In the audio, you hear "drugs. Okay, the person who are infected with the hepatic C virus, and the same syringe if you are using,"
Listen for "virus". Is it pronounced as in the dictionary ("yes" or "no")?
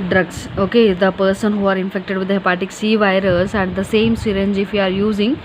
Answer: yes